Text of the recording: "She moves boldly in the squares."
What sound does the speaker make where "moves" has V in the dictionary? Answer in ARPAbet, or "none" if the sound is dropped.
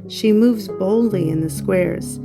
V